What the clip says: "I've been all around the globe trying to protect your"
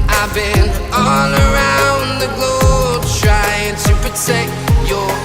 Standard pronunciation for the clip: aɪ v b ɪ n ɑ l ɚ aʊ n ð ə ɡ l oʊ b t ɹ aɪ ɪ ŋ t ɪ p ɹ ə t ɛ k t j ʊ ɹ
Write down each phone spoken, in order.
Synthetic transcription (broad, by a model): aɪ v b ɪ n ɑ n ɚ aʊ n ð ə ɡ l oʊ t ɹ aɪ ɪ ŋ t ɪ p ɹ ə t ɛ k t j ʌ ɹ